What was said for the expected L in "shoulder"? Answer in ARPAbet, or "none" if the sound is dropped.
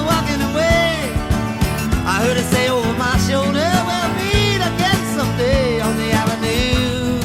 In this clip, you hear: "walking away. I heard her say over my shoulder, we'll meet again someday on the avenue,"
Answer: L